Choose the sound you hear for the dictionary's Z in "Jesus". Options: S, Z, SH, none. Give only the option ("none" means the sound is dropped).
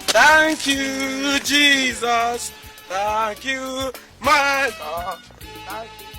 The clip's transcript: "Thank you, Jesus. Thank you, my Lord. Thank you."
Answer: Z